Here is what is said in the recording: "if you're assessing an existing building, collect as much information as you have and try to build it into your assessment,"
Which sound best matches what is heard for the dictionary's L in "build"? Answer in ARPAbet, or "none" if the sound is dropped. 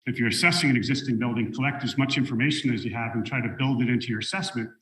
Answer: L